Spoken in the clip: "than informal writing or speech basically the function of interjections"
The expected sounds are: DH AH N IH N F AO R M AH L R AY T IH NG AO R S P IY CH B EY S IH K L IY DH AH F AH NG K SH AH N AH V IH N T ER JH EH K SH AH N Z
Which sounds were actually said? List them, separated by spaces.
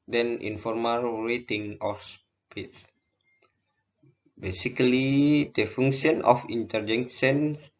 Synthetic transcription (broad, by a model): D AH N IH N F AO R M AH L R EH T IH NG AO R S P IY S B EY S IH K L IY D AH F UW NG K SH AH N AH F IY N T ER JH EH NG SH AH N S